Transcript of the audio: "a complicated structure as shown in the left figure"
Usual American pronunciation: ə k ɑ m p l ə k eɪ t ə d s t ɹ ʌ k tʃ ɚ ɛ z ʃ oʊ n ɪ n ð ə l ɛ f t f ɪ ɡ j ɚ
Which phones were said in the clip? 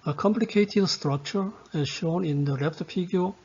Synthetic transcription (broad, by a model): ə k ɑ m p l ə k eɪ t ə d s t ɹ ʌ k tʃ ɚ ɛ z ʃ oʊ n ɪ n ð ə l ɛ p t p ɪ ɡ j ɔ